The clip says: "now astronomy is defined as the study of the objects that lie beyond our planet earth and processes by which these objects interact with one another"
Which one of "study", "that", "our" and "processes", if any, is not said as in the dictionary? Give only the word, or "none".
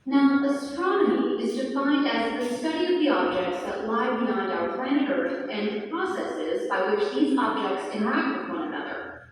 none